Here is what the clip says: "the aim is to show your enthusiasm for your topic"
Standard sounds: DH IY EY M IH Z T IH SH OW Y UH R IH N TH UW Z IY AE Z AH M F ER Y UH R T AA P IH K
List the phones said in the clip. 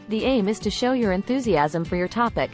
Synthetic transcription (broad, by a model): DH IY EY M IH Z T IH SH OW Y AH R IH N TH UW Z IY AE Z AH M F ER Y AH R T AA P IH K